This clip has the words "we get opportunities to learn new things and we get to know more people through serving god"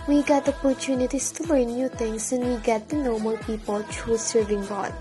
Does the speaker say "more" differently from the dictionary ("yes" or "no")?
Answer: yes